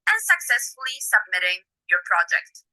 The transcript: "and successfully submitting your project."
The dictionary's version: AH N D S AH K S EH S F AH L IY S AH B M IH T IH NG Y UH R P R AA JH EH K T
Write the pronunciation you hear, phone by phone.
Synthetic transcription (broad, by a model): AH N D S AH K S EH S F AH L IY S AH B M IH T IH NG Y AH R P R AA JH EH K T